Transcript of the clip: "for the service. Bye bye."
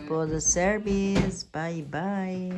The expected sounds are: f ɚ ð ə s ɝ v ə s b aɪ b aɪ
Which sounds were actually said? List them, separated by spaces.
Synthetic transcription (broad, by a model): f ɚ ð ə s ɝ b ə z b aɪ b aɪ